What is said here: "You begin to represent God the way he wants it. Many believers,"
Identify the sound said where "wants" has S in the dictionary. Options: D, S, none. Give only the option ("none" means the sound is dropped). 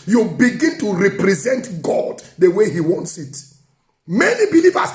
S